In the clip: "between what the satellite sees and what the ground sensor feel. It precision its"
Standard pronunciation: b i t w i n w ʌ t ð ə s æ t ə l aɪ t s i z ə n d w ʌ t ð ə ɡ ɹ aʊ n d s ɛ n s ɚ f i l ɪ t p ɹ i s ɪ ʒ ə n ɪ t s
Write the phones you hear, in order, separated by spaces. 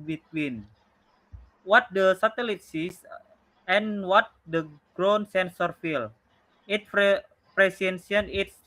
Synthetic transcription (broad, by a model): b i t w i n w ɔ t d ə s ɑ t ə l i t s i s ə n w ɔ t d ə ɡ ɹ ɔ n s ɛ n s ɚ f i l ɪ t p ɹ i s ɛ s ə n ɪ t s